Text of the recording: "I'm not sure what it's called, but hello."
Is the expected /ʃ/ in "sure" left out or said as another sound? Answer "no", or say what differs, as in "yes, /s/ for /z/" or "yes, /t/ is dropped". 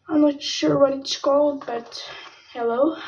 no